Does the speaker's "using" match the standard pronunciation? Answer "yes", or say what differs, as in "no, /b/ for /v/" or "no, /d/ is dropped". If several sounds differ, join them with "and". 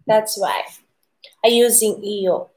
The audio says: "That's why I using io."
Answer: yes